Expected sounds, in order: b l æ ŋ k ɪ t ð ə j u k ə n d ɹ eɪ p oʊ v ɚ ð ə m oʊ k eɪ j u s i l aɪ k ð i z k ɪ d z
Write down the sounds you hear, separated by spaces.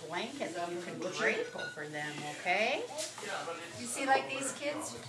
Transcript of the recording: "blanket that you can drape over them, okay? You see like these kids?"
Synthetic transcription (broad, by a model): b l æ ŋ k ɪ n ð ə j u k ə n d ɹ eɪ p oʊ f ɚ ð ə m oʊ k eɪ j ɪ s i l aɪ k ð i z k ɪ d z